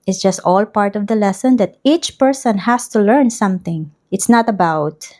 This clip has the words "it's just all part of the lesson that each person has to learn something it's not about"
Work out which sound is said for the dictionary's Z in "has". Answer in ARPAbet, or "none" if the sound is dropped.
S